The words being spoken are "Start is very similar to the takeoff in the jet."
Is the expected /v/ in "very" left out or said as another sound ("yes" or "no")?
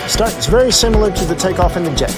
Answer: no